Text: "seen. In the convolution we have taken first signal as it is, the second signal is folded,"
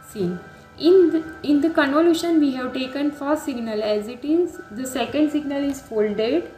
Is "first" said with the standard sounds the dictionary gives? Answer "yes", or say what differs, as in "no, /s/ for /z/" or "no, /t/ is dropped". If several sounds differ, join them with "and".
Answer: no, /s/ is dropped